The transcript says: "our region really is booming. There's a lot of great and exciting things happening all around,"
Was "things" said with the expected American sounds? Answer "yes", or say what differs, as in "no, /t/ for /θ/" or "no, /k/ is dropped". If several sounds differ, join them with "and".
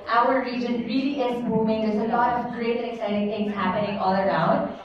no, /t/ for /θ/